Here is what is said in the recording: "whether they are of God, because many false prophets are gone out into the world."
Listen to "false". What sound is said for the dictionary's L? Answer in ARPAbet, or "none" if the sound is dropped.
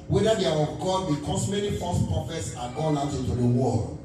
none